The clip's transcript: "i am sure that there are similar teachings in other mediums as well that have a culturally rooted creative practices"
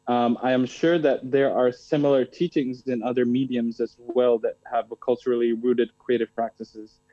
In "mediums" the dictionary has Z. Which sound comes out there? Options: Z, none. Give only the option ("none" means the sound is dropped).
Z